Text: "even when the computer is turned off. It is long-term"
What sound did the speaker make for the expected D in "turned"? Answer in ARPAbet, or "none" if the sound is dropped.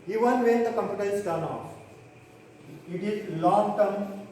none